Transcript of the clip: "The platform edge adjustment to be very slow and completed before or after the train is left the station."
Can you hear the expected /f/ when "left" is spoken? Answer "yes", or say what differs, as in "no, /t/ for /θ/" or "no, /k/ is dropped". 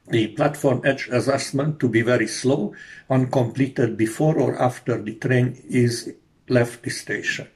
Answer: yes